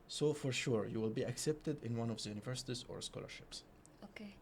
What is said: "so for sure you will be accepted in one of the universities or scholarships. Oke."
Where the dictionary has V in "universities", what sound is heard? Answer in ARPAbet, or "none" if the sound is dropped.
V